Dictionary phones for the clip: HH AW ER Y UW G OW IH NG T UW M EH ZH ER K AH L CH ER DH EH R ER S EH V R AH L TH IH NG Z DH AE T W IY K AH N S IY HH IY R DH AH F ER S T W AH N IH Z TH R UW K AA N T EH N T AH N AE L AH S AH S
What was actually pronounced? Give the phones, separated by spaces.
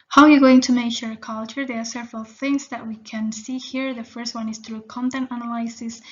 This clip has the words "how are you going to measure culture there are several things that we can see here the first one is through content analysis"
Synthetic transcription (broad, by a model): HH AW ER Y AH G OW IH NG T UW M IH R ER K AH L CH ER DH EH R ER S EH V R AH L TH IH NG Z DH AE T W IY K AH N S IY HH IY R DH AH F ER S T W AH N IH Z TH R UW K AA N T EH N T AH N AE L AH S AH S